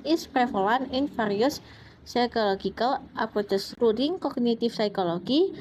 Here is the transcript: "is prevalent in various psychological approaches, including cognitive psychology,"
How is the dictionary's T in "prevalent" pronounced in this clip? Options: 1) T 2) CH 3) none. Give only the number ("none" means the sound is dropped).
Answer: 3